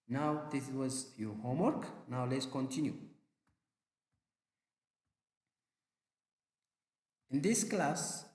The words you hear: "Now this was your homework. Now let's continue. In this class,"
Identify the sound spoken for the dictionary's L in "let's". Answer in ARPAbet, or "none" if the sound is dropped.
L